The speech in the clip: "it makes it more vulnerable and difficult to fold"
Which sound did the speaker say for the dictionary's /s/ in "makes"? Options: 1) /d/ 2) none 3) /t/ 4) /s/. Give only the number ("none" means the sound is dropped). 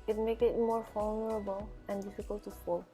2